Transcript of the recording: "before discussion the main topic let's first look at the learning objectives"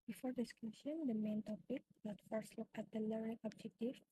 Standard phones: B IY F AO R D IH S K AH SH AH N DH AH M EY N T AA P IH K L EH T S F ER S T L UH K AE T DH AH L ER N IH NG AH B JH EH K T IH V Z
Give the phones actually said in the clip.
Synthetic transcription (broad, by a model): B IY F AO R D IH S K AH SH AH N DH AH M EY N T AA P IH K N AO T F ER S T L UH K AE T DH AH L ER IH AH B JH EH K T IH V